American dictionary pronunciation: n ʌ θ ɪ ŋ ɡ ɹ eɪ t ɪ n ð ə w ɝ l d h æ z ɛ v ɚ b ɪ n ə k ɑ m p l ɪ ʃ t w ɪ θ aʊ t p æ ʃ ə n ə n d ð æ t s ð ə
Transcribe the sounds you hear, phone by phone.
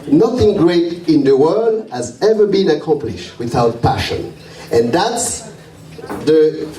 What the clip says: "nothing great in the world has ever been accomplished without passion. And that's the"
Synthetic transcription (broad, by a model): n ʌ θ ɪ ŋ ɡ ɹ eɪ t ɪ n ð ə w ɝ l d h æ z ɛ v ɚ b ɪ n ə k ɑ m p l ɪ ʃ t w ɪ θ aʊ t p æ ʃ ə n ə n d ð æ t s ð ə